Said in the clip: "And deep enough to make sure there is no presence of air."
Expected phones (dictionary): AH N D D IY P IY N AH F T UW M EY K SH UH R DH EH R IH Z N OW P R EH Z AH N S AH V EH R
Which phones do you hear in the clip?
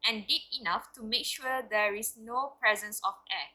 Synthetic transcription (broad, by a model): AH N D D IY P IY N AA F T UW M EY K SH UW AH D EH R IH S N OW P R EH Z AH N S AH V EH